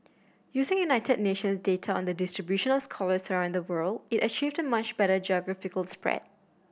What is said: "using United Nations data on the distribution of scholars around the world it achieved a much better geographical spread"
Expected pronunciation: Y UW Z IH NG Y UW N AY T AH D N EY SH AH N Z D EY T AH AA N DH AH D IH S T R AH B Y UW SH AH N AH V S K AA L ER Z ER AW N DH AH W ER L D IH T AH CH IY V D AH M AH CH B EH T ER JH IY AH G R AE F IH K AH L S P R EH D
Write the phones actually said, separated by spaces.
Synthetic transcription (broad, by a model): Y UW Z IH NG Y UW N AY T AH D N EY SH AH N S D EY T AH AA N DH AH D IH S T R AH B Y UW SH AH N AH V S K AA L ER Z ER AW N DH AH W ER L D IH T AH CH IY V D AH M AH CH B EH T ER JH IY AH G R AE F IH K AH L S P R EH D